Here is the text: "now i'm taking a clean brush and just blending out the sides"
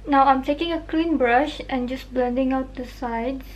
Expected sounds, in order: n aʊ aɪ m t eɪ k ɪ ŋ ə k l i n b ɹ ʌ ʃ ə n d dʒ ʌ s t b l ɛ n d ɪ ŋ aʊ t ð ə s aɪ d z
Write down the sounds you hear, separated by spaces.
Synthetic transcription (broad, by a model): n aʊ aɪ m t eɪ k ɪ ŋ ə k l i n b ɹ ʌ ʃ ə n dʒ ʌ s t b l ɛ n d ɪ ŋ aʊ t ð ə s aɪ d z